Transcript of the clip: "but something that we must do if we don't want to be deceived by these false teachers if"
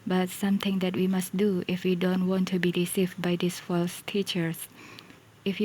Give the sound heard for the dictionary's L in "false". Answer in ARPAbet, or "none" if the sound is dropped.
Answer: L